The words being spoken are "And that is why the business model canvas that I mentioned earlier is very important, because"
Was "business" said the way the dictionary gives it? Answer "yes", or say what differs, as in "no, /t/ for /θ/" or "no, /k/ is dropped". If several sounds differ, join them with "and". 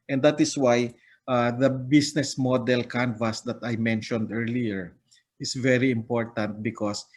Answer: no, /s/ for /z/